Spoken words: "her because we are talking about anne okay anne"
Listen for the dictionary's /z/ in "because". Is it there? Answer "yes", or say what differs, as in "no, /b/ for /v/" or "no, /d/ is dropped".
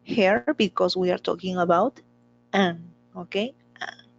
no, /s/ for /z/